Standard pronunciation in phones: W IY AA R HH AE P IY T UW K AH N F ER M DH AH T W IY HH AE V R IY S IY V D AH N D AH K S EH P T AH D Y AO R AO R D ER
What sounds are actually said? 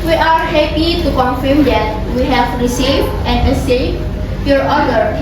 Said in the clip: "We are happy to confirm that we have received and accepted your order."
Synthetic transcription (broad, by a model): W IY AA R HH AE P IY T UW K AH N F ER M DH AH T W IY HH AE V R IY S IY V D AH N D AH S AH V Y AO R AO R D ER